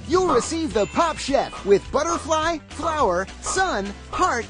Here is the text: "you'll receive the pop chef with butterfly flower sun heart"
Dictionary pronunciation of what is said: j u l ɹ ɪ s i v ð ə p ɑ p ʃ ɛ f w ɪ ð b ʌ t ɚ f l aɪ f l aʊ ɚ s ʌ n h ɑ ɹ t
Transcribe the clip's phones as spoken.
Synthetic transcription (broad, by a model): j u l ɹ ɪ s i v ð ə p ɑ p ʃ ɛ p w ɪ ð b ʌ t ɚ f l aɪ f l aʊ ɚ s ʌ n h ɑ ɹ t